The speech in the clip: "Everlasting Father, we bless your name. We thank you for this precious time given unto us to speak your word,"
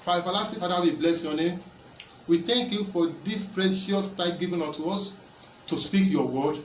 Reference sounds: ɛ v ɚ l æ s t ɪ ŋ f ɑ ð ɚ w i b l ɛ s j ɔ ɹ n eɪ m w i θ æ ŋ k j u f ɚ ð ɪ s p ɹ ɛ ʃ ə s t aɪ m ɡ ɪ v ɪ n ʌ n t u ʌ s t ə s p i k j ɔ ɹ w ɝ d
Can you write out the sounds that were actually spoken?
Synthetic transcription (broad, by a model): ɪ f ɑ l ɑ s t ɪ f ɑ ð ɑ w i b l ɛ s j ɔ n eɪ m w i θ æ ŋ k j u f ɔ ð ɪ s p ɹ ɛ ʃ ə s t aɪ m ɡ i v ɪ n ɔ t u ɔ s t ə s p i k j ɔ w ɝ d